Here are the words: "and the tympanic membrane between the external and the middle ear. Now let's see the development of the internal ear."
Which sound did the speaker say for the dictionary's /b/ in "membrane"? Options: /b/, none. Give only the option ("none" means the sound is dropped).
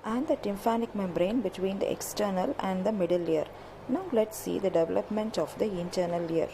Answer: /b/